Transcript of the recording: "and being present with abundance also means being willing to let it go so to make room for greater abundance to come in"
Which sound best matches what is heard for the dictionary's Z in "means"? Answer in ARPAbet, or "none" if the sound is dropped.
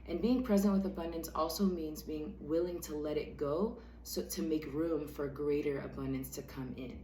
Z